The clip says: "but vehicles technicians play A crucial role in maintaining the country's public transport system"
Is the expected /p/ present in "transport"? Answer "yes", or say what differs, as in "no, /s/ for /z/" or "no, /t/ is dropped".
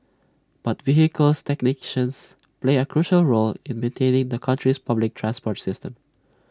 yes